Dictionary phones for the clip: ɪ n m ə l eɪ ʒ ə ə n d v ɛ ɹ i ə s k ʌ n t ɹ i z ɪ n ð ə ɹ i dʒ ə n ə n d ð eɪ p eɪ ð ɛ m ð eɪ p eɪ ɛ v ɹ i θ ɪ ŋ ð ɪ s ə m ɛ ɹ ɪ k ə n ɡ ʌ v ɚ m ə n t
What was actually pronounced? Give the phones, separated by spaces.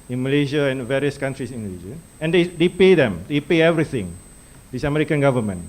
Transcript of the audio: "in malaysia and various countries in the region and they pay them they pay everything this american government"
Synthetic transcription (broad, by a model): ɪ n m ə l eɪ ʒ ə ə n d v ɛ ɹ i ə s k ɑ n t ɹ i s ɪ n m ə l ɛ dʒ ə ə n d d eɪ p eɪ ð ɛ m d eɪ p eɪ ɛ v ɹ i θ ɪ ŋ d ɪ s ə m ɛ ɹ ɪ k ə n ɡ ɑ v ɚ m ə n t